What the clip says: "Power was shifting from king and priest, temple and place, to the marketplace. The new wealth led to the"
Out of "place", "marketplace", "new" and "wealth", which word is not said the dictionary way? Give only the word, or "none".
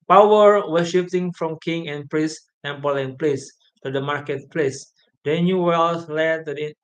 wealth